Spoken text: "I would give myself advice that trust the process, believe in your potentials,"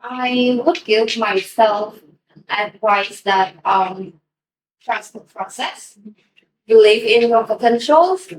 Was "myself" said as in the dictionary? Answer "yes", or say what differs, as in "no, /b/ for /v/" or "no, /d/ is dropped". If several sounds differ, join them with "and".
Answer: yes